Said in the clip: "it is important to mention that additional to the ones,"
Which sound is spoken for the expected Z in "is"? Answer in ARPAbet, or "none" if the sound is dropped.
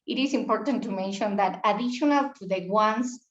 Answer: S